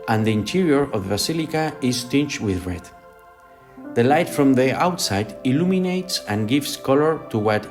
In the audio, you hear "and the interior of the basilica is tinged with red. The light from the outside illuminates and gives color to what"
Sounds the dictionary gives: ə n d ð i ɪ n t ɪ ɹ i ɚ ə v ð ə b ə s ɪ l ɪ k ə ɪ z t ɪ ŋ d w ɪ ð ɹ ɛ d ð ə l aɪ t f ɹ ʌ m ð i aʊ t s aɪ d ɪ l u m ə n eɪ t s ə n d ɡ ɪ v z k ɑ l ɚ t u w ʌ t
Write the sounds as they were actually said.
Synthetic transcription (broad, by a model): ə n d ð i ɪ n t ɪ ɹ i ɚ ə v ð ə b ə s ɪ l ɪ k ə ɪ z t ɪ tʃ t w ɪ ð ɹ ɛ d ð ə l aɪ t f ɹ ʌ m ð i aʊ t s aɪ d ɪ l u m ə n eɪ t s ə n ɡ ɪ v s k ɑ l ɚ t u w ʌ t